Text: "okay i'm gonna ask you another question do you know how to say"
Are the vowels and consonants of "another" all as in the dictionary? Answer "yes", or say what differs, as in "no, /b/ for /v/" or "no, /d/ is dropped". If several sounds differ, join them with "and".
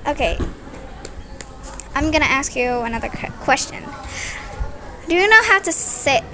yes